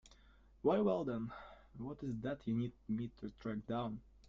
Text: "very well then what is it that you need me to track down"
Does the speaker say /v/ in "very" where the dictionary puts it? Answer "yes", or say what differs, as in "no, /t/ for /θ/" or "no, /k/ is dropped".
no, /w/ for /v/